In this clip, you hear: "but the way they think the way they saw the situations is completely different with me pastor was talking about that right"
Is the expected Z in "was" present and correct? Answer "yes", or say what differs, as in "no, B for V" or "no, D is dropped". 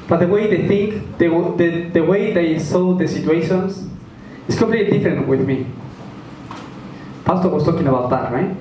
no, S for Z